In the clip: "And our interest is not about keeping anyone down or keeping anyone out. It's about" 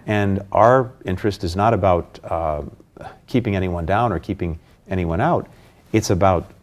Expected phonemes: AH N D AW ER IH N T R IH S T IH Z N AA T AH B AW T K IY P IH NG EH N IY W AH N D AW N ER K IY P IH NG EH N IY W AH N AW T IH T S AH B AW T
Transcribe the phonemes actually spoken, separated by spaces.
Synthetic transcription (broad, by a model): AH N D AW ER IH N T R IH S T IH Z N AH T AH B AW T K IY P IH NG EH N IY W AH N D AW N ER K IY P IH NG EH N IY W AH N AW T IH T S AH B AW T